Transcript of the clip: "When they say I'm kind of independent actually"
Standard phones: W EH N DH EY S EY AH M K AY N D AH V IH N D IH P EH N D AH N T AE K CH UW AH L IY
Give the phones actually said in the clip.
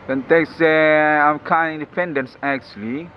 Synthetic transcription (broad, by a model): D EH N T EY S EY AH M K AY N AH N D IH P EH N D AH N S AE K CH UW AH L IY